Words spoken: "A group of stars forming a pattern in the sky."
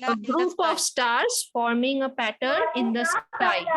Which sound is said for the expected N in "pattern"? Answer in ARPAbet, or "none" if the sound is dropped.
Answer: N